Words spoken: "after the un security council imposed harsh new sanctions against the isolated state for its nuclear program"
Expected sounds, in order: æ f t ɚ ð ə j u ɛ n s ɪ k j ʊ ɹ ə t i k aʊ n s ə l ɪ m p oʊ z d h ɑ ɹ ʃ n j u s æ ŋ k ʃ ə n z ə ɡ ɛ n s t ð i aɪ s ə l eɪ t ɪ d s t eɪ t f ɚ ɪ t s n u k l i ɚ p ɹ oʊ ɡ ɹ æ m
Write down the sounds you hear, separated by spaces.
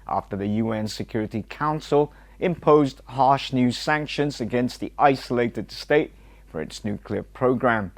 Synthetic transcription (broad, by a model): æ f t ɚ ð ə j u ɛ n s ɪ k j ʊ ɹ ə t i k aʊ n s ə l ɪ m p oʊ z d h ɑ ɹ ʃ n j u s æ ŋ k ʃ ə n z ə ɡ ɛ n s t ð i aɪ s ə l eɪ t ɪ d s t eɪ t f ɚ ɪ t s n u k l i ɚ p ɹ oʊ ɡ ɹ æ m